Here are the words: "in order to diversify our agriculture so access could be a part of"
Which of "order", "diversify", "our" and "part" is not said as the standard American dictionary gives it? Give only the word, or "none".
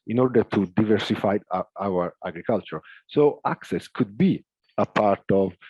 none